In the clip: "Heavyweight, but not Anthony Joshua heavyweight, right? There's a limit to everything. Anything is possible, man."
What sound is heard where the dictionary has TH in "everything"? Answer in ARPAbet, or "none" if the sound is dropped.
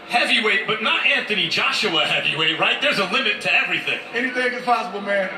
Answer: TH